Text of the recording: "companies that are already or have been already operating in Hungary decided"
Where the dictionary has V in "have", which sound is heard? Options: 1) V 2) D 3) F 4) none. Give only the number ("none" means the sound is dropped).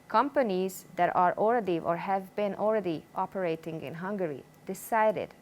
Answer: 1